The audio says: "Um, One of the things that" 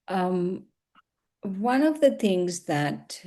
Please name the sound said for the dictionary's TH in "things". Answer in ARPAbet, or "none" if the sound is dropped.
TH